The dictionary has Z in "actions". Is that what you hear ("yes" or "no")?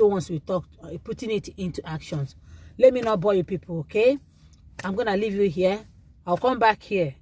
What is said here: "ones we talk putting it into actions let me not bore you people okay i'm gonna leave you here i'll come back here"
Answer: no